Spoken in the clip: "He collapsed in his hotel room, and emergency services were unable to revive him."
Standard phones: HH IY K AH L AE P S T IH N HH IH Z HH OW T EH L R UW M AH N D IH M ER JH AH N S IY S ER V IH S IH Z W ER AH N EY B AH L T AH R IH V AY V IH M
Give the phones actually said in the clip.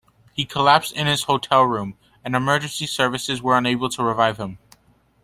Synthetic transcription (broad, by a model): HH IY K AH L AE P S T IH N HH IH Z HH OW T EH L R UW M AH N IH M ER JH AH N S IY S ER V IH S IH Z W ER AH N EY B L T AH R IH V AY V IH M